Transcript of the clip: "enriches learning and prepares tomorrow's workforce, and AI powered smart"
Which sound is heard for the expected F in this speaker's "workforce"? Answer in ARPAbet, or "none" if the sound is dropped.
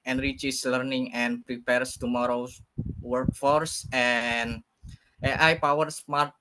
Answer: F